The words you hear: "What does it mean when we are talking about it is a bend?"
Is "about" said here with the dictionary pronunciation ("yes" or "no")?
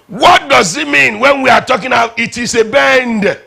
no